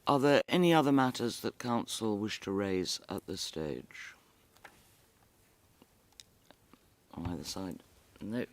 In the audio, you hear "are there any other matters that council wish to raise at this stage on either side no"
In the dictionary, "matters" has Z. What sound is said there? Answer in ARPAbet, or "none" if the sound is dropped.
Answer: Z